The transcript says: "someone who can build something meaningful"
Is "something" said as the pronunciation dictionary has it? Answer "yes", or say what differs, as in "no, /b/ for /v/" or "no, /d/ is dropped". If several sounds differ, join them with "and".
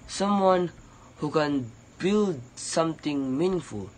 no, /t/ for /θ/